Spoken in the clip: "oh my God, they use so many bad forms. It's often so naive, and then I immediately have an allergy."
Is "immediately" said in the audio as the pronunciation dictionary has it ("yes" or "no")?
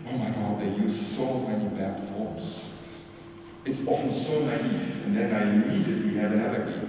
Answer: no